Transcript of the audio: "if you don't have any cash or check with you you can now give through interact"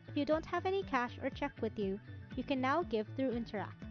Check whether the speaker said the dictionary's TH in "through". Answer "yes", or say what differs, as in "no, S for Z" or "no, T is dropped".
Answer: yes